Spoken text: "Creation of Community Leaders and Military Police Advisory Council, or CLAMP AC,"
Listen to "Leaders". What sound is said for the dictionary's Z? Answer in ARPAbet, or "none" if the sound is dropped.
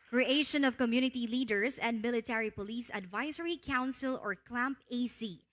S